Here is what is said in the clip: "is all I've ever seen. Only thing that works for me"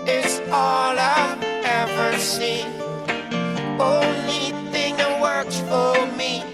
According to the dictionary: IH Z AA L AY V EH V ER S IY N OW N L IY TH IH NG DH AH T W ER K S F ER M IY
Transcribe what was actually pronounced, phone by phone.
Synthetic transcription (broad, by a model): IH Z AA L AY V EH V ER S IY N OW N L IY TH IH NG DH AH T W ER K S F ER M IY